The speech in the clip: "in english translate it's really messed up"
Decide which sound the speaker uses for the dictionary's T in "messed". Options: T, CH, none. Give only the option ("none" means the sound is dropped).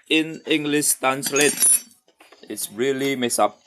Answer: none